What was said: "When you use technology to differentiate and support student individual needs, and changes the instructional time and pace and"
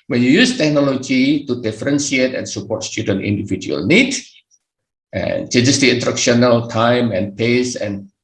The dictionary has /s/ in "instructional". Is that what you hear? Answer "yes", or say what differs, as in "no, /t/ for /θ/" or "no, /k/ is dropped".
no, /s/ is dropped